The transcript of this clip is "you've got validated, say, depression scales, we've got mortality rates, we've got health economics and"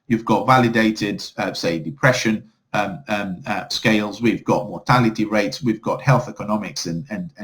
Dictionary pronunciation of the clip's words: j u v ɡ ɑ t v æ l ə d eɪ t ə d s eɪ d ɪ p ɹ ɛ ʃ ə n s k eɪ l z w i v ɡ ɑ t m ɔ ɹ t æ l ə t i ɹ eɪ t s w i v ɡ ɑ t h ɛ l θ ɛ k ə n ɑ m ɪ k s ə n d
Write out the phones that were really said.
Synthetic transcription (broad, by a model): j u v ɡ ɑ t v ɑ l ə d eɪ t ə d s eɪ d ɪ p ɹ ɛ ʃ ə n s k eɪ l z w i v ɡ ɑ t m ɔ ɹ t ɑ l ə t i ɹ eɪ t s w i v ɡ ɑ t h ɛ l θ ɛ k ə n ɑ m ɪ k s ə n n